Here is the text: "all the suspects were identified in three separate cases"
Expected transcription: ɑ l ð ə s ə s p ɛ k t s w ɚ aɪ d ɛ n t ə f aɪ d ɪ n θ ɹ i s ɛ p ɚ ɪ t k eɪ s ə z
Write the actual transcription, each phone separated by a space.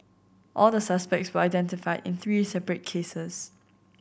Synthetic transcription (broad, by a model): ɑ l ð ə s ə s p ɛ k t s w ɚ aɪ d ɛ n t ə f aɪ d ɪ n θ ɹ i s ɛ p ɚ ɪ t k eɪ s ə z